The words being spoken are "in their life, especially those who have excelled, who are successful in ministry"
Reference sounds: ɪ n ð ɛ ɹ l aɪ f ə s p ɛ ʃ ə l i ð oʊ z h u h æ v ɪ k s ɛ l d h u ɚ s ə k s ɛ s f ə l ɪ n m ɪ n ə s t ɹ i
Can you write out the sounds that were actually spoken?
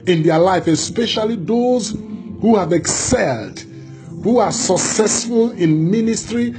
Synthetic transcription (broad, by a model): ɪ n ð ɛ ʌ l aɪ f ə s p ɛ ʃ ə l i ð oʊ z h u h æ v ɪ k s ɛ l d h u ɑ s ə k s ɛ s f ə l ɪ n m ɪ n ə s t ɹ i